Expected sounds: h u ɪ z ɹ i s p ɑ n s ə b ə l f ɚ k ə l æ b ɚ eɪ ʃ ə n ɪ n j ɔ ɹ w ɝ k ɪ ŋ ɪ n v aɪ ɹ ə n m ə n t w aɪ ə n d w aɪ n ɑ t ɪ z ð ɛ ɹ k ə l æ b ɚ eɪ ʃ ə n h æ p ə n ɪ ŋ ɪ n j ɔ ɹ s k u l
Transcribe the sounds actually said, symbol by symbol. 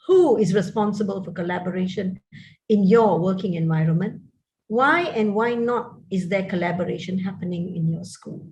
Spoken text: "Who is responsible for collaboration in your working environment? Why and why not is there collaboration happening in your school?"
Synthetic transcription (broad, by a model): h u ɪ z ɹ i s p ɑ n s ə b ə l f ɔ k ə l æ b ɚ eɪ ʃ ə n ɪ n j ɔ w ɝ k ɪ ŋ ɪ n v aɪ ɹ ə n m ə n t w aɪ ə n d w aɪ n ɑ t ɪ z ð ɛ k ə l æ b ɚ eɪ ʃ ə n h æ p ə n ɪ ŋ ɪ n j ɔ s k u l